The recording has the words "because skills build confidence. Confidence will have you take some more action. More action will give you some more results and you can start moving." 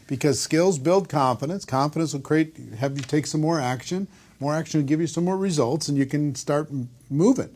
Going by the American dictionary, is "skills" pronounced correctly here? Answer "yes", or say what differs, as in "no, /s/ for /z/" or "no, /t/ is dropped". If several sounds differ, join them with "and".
yes